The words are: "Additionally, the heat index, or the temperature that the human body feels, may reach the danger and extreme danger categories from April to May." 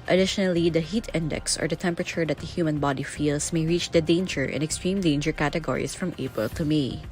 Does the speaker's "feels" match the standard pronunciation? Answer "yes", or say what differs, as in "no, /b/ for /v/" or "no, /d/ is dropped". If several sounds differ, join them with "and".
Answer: no, /s/ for /z/